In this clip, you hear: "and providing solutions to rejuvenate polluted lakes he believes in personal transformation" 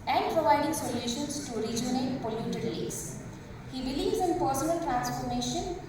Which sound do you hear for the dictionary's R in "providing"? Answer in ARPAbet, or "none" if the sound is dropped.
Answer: R